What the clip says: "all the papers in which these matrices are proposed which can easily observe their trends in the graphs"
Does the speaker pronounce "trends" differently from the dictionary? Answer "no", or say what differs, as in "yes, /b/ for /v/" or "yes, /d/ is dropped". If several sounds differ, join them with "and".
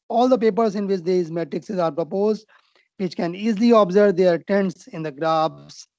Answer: yes, /ɹ/ is dropped